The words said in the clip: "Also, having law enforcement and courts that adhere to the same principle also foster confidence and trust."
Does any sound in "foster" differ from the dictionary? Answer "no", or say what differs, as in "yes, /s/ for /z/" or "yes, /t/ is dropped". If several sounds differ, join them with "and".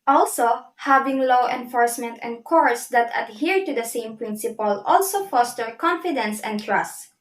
no